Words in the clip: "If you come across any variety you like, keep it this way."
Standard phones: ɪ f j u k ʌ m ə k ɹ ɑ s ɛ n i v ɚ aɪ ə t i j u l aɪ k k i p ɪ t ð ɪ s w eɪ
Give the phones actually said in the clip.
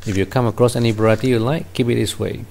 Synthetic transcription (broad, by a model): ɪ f j u k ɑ m ə k ɹ ɑ s ɛ n i b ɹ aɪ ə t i j u l aɪ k k i p ɪ t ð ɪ s w eɪ